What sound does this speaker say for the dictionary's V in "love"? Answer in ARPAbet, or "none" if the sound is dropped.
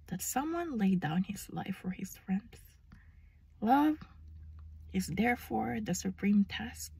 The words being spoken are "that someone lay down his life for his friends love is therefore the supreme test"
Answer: V